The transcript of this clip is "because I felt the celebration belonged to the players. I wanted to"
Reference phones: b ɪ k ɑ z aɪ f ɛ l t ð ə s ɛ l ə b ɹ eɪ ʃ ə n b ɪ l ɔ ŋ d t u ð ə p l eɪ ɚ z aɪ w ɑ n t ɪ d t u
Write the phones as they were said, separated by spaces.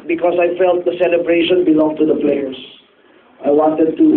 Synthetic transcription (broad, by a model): b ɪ k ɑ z aɪ f ɛ l t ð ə s ɛ l ə b ɹ eɪ ʃ ə n b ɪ l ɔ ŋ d t u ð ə p l eɪ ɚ s aɪ w ɑ n t ɪ d t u